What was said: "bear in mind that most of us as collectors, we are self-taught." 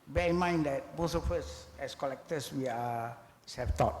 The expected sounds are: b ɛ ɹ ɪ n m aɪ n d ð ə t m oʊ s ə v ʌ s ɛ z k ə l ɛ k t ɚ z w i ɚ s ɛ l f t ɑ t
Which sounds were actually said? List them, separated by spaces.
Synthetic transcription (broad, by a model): b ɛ ɪ n m aɪ n d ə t m oʊ s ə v ʌ s ɛ s k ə l ɛ k t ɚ s w i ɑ s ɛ f t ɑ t